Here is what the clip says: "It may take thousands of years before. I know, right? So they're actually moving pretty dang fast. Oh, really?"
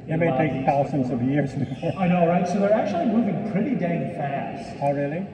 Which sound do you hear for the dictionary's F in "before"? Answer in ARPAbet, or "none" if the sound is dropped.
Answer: none